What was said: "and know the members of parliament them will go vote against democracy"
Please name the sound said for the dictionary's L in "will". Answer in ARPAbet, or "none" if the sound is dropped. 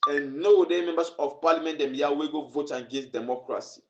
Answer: W